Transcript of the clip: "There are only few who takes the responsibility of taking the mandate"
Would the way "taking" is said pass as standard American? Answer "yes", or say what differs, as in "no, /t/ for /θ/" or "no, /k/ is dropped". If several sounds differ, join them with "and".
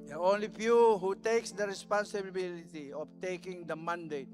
yes